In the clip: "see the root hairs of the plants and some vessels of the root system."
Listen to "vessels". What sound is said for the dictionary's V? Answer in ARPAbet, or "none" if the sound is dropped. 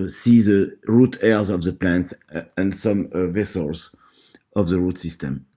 V